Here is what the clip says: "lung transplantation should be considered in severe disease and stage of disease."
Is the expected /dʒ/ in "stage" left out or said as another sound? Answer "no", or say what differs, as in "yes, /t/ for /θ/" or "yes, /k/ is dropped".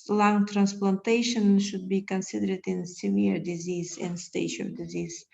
yes, /ʃ/ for /dʒ/